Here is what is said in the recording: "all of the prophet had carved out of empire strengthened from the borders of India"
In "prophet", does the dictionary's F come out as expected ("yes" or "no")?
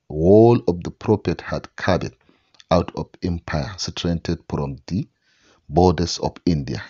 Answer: no